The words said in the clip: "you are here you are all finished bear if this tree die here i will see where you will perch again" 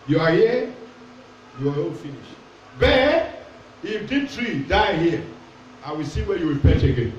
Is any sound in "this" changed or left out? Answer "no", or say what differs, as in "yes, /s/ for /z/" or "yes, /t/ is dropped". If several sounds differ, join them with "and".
yes, /s/ is dropped